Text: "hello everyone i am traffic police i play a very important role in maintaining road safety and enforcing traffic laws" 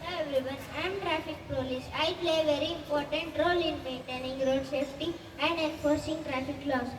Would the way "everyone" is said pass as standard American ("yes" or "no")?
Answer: no